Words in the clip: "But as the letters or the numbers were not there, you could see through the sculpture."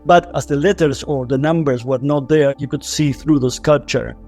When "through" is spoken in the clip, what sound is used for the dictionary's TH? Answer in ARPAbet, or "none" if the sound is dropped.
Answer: TH